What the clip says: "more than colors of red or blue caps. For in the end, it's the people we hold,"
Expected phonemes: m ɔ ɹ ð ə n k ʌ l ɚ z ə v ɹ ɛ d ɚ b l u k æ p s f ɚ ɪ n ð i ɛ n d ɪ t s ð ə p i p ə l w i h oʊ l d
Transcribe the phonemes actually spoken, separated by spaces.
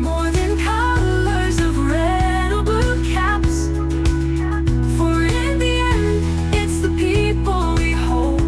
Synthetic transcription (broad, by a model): m ɔ ɹ ð ə n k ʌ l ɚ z ə v ɹ ɛ d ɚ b u k æ p s f ɚ ɪ n ð i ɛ n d ɪ t s ð ə p i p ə l w i h oʊ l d